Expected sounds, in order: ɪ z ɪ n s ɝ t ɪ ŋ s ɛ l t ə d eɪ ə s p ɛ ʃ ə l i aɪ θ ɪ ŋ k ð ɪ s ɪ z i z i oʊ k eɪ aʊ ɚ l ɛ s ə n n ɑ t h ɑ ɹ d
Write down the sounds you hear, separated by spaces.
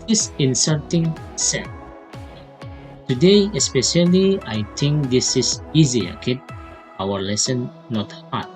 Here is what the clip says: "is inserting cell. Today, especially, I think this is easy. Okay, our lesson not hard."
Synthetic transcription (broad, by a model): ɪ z ɪ n s ɝ t ɪ ŋ s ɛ n t ə d eɪ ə s p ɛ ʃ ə l i aɪ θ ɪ ŋ k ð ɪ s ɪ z i z i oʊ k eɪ aʊ ɚ l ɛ s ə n n ɑ t h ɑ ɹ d